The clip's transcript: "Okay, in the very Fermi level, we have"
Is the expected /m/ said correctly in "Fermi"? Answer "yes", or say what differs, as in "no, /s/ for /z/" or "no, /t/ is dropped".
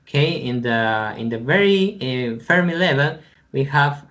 yes